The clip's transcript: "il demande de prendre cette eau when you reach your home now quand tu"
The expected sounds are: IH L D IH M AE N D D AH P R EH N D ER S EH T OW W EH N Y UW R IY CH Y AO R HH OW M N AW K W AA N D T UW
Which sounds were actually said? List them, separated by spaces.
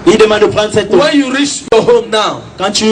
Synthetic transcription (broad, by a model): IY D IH M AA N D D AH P L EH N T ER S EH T OW W EH N Y UW R IY CH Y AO HH OW M N AW K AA N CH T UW